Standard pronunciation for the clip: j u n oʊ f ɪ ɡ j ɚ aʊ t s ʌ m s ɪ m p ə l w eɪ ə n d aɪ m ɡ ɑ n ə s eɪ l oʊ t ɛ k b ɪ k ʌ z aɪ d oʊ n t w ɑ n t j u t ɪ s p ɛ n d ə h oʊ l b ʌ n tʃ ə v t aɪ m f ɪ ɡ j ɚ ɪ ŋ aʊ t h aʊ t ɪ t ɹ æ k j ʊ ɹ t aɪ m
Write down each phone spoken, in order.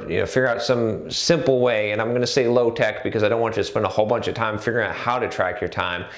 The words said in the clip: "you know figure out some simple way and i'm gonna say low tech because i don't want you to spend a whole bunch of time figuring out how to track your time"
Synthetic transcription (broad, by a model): j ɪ n oʊ f ɪ ɡ j ɚ aʊ t s ʌ m s ɪ m p l w eɪ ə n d aɪ m ɡ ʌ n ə s eɪ l oʊ t ɛ k b ɪ k ʌ z aɪ d oʊ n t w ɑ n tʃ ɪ t ɪ s p ɛ n d ə h oʊ l b ʌ n tʃ ə v t aɪ m f ɪ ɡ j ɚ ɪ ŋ aʊ t h aʊ t ɪ t ɹ æ k j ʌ ɹ t aɪ m